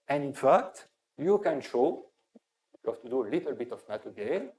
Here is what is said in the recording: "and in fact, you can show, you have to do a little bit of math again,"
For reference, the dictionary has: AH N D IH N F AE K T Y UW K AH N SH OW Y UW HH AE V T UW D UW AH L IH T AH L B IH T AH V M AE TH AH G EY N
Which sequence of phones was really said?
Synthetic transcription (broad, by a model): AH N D IH N F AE K T Y UW K AH N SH OW Y UW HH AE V T UW D UW AH L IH T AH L B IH T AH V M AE T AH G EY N